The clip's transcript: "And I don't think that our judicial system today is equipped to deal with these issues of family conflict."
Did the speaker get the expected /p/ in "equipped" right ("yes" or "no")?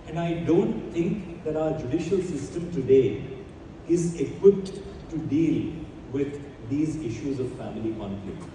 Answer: yes